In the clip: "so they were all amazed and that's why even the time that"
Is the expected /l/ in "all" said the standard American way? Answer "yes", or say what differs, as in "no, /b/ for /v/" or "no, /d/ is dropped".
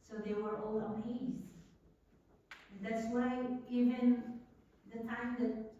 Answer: yes